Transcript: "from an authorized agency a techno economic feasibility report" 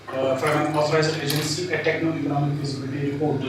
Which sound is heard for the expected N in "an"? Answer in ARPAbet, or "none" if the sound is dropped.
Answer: L